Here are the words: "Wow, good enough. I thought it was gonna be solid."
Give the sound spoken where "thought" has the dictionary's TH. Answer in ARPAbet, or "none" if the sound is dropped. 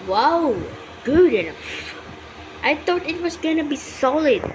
T